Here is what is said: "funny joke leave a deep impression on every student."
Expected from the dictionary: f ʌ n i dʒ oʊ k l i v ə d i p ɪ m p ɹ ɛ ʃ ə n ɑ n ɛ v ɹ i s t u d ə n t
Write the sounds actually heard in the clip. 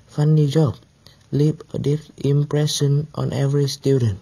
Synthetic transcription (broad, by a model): f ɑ n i dʒ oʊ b l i p ə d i f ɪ m p ɹ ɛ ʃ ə n ɑ n ɛ v ɹ i s t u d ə n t